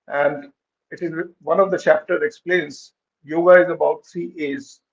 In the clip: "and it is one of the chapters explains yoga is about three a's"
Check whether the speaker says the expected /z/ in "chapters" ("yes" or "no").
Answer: no